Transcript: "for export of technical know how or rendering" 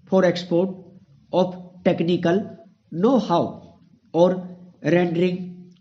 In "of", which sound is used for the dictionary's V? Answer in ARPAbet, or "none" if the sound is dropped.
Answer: P